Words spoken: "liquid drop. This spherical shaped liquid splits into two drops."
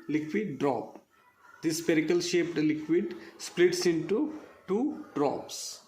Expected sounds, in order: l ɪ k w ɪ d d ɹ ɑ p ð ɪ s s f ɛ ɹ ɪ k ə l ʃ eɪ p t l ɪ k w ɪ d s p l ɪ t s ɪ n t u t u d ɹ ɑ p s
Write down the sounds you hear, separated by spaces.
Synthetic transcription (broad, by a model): l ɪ k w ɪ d d ɹ ɑ p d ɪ s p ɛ ɹ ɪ k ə l ʃ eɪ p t l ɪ k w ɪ d s p l ɪ t s ɪ n t u t u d ɹ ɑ p s